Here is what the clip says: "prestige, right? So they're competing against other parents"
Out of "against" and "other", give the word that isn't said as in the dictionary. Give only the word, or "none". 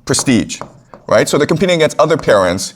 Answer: against